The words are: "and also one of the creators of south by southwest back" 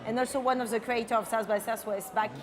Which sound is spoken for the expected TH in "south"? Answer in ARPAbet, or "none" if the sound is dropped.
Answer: S